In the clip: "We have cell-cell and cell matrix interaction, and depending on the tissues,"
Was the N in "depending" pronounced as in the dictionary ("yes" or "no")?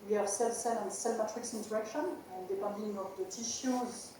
no